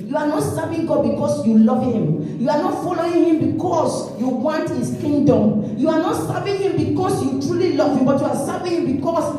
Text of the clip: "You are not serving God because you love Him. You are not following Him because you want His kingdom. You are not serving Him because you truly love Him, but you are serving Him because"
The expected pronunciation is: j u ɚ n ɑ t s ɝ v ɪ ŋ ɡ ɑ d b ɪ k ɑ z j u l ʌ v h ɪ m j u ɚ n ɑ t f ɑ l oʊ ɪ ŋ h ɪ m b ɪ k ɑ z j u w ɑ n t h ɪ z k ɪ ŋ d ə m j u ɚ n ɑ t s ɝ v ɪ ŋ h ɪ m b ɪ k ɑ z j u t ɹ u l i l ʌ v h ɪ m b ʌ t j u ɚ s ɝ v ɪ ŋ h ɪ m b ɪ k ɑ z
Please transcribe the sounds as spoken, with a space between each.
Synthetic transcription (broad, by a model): j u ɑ n ɑ t s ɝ v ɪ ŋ ɡ ɑ d b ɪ k ɑ s j u l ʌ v h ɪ m j u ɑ n ɑ t f ɑ l oʊ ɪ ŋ h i m b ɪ k ɑ s j u w ɑ n t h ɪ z k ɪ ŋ d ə m j u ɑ n ɑ t s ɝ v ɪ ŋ h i m b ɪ k ɑ s j u t ɹ u l i l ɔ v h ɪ m b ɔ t j u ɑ s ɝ v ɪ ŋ h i m b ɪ k ɑ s